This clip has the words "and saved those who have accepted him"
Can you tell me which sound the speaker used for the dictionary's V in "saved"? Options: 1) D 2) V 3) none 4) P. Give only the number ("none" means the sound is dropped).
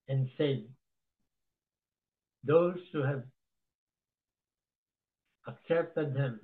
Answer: 3